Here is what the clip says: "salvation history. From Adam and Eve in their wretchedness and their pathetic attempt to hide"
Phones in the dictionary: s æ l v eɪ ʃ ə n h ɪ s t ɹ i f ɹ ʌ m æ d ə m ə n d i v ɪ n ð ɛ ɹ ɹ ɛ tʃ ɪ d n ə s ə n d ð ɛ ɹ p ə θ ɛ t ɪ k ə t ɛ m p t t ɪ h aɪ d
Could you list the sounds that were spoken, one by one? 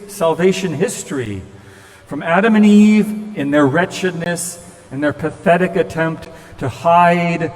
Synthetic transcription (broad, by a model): s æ l v eɪ ʃ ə n h ɪ s t ɹ i f ɹ ʌ m æ d ə m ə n i v ɪ n ð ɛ ɹ ɹ ɛ tʃ ɪ d n ə s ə n ð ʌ ɹ p ə θ ɛ t ɪ k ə t ɛ m p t t ɪ h aɪ d